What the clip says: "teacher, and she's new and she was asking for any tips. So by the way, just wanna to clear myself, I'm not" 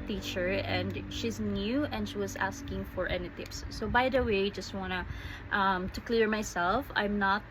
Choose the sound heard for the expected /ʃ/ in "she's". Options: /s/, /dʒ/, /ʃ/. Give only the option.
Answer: /ʃ/